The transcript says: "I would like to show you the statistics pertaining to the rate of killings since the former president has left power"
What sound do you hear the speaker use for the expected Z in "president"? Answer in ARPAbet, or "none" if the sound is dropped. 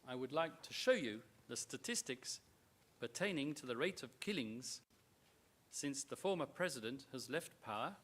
Z